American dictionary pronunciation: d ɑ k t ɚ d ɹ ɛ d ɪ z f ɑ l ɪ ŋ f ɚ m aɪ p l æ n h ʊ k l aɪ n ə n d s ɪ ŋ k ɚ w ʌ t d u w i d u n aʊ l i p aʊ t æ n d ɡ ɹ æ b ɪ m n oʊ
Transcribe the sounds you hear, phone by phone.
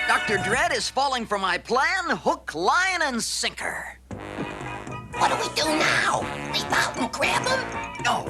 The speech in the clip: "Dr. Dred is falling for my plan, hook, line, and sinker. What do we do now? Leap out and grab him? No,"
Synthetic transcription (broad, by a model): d ɑ k t ɚ d ɹ ɛ d ɪ z f ɑ l ɪ ŋ f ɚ m aɪ p l æ n h ʊ k l aɪ n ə n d s ɪ ŋ k ɚ w ʌ t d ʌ w i d u n aʊ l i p aʊ t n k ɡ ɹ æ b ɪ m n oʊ